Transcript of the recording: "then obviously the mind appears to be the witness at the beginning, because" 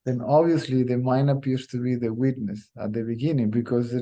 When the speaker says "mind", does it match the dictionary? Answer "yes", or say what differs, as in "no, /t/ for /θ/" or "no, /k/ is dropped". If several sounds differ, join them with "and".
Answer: no, /d/ is dropped